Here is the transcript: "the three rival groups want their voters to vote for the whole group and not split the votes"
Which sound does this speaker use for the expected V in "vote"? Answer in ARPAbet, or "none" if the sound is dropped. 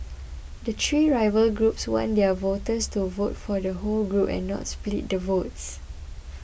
V